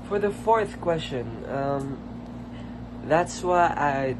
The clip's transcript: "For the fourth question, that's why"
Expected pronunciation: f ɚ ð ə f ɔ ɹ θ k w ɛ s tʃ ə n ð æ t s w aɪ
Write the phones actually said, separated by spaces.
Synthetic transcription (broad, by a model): f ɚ ð ə f ɔ ɹ θ k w ɛ s tʃ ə n ð æ t s w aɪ